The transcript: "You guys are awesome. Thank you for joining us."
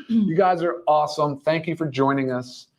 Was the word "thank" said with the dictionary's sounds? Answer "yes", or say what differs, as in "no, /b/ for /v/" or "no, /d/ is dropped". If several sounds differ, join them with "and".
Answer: yes